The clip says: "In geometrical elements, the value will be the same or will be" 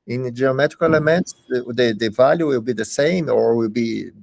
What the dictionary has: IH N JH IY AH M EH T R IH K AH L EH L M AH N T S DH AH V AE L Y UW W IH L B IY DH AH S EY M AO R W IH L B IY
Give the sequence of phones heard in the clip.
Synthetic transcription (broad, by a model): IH N JH IY AH M EH T R IH K AH L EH M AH N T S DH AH V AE L Y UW W IH L B IY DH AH S EY M AO R W IH L B IY